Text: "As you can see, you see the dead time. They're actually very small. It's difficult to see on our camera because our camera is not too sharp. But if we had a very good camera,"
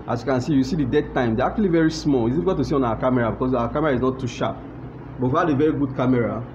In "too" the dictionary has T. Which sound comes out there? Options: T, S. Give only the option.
T